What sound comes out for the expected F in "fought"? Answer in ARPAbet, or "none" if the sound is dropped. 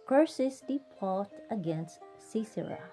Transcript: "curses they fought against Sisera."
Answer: P